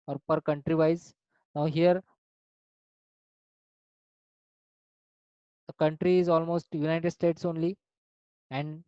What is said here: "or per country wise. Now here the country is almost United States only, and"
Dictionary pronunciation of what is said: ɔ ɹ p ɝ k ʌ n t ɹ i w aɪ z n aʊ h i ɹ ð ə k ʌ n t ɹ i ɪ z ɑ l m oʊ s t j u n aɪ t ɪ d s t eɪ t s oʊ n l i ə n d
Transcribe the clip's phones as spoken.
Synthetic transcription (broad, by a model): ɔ ɹ p ɝ k ʌ n t ɹ i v aɪ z n aʊ h i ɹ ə k ʌ n t ɹ i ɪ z ɑ l m oʊ s t j u n aɪ t ɪ d s t eɪ t s oʊ n l i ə n d